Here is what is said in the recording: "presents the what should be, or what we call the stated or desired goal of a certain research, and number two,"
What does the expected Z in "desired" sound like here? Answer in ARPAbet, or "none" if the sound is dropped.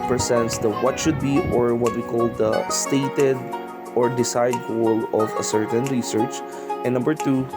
S